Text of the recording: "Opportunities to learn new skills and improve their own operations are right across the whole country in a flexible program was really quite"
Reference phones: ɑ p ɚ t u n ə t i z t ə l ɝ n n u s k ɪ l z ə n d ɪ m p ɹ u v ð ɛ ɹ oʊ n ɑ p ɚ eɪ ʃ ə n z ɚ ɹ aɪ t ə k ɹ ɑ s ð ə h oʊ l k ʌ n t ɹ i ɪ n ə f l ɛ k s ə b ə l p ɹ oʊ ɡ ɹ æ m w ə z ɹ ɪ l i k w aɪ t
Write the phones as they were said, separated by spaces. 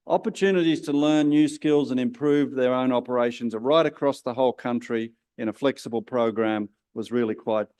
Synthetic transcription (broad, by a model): ɑ p ɚ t u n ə t i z t ə l ɝ n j u s k ɪ l z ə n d ɪ m p ɹ u v ð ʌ ɹ oʊ n ɑ p ɚ eɪ ʃ ə n z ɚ ɹ aɪ t ə k ɹ ɑ s ð ə h oʊ l k ʌ n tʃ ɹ i ɪ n ə f l ɛ k s ə b ə l p ɹ oʊ ɡ ɹ æ m w ə z ɹ ɪ l i k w aɪ t